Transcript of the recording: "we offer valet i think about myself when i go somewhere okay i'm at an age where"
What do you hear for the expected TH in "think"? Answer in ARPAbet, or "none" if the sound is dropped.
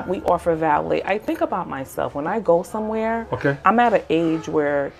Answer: TH